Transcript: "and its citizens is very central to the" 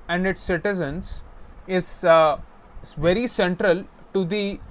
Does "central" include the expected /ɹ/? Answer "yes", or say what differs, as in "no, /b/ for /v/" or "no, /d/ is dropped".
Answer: yes